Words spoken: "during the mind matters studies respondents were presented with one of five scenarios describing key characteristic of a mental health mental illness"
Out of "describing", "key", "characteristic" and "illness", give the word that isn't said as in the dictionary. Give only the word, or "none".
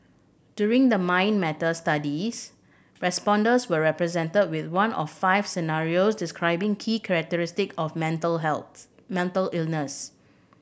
none